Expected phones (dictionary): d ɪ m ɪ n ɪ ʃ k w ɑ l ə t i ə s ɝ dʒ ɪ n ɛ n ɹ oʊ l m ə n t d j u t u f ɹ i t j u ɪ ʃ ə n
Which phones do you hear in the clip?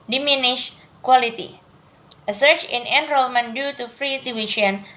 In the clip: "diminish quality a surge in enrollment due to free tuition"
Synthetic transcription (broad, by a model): d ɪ m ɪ n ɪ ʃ k w ɑ l ə t i ə s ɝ tʃ ɪ n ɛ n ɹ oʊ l m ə n d j u t u f ɹ i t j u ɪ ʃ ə n